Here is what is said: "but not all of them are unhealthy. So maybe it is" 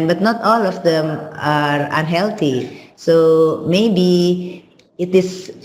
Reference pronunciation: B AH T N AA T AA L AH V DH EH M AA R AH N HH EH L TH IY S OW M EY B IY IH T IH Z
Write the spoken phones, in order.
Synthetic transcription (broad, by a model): B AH T N AA T AA L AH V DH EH M AA R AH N HH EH L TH IY S OW M EY B IY IH T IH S